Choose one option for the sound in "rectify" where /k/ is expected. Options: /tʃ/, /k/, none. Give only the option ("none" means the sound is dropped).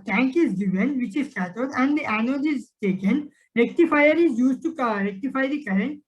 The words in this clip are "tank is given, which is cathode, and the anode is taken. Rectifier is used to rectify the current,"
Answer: /k/